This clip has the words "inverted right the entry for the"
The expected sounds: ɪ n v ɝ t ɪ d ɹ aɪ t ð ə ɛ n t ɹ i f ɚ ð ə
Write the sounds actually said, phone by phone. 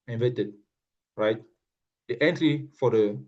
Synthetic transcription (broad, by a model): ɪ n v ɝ t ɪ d ɹ aɪ t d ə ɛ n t l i f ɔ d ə